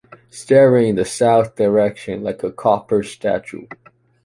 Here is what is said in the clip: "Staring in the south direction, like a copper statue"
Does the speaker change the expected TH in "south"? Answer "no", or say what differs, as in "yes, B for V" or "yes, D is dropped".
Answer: no